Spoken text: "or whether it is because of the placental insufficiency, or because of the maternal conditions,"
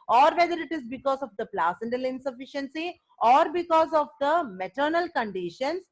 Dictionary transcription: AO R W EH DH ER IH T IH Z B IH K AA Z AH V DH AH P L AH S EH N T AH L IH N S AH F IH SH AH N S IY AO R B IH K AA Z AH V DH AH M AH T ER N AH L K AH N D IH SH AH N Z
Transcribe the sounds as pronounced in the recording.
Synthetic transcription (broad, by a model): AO R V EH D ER IH T IH Z B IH K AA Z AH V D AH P L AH S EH N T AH L IH N S AH F IH SH AH N S IY AO R B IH K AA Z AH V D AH M AH T ER N AH L K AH N D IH SH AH N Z